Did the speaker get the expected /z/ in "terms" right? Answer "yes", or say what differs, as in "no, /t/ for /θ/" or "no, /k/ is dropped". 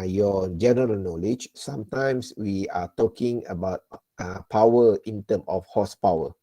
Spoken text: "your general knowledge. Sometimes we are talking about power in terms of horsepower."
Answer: no, /z/ is dropped